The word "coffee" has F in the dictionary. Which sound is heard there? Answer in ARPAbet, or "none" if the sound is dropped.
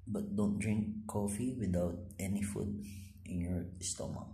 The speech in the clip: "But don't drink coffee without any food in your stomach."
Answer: F